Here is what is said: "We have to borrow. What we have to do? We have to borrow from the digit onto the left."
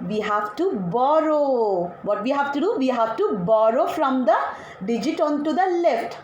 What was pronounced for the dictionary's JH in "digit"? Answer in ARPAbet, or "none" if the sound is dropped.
JH